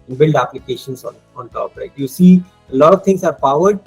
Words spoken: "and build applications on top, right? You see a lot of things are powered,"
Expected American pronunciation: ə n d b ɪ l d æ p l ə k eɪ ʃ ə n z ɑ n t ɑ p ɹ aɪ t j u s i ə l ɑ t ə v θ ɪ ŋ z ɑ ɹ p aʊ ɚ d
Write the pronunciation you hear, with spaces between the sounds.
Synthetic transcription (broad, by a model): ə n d b ɪ l d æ p l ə k eɪ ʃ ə n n ɑ n t ɑ p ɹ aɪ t j u s i ə l ɑ t ə v t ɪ ŋ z ɑ ɹ p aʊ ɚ d